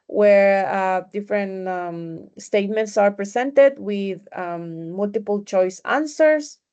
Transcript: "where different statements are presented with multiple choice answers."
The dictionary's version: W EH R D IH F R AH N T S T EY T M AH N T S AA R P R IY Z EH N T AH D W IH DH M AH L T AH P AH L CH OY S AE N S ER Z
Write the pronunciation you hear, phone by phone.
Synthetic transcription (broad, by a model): W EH R D IH F R AH N T S T EY T M AH N T S AA R P R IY S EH N T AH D W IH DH M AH L T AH P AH L CH OY S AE N S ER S